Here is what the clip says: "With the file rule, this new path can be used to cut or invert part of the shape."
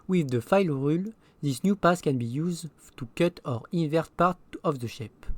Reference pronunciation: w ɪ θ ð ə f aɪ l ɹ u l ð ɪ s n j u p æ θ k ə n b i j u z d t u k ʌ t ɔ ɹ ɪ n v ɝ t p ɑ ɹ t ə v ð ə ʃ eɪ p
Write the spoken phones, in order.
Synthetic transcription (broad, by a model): w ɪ ð ə f aɪ l ɹ u l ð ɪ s n j u p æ s k ə n b i j u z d t u k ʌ t ɔ ɹ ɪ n v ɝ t p ɑ ɹ t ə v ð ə ʃ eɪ p